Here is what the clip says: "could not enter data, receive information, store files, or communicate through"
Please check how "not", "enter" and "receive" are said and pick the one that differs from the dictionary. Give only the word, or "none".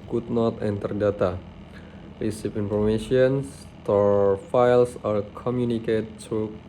receive